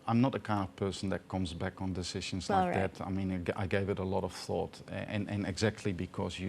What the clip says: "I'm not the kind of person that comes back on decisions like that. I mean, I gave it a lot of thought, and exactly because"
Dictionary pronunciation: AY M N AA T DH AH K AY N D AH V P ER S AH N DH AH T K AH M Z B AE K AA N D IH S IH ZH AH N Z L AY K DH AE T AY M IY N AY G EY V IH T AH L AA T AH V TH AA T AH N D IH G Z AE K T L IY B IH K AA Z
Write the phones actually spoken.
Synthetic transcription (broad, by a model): AY M N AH T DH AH K AY N D AH V P ER S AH N DH AH T K AH M Z B AE K N D IH S IH ZH AH N Z L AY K DH AE T AY M IY N AY G EY V IH T AH L AA T AH V TH AA T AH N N IH G Z AE K T L IY B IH K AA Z